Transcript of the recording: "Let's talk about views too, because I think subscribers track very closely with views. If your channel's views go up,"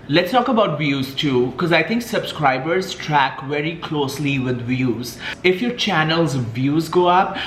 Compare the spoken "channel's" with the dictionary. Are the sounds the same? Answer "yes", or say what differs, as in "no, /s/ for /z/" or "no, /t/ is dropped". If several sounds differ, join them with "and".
yes